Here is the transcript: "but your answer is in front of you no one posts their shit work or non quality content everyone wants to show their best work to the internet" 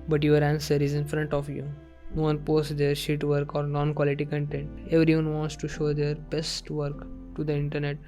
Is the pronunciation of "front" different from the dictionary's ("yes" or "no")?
no